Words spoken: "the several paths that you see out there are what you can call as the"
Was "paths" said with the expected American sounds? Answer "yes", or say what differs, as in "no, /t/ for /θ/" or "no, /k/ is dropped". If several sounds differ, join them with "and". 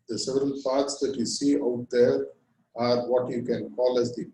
no, /t/ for /θ/